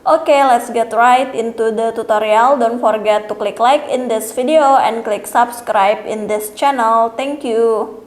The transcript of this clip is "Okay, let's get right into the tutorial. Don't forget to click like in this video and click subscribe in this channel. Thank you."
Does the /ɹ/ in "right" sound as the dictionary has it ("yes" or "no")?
yes